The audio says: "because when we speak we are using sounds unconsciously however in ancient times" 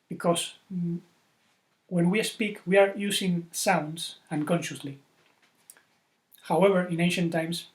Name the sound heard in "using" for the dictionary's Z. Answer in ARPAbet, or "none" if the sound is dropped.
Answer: S